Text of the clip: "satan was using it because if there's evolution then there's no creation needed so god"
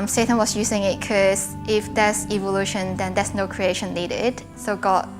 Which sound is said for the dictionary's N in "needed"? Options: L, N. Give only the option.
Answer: L